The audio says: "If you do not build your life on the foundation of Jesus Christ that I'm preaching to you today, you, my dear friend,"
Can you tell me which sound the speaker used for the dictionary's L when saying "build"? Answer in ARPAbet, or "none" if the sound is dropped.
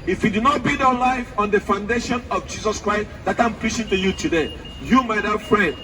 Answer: none